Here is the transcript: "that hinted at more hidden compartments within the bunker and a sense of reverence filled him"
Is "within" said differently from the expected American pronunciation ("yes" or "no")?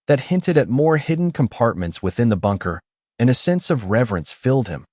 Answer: no